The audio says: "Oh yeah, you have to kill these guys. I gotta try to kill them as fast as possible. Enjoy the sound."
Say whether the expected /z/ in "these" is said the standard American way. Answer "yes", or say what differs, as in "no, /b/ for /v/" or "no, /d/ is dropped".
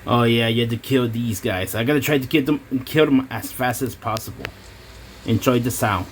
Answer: yes